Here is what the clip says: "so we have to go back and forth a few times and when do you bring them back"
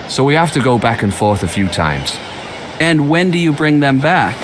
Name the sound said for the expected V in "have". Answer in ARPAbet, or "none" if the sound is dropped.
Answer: F